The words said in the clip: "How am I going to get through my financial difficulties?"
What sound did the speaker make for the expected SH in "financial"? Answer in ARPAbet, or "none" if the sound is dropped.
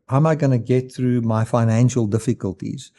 SH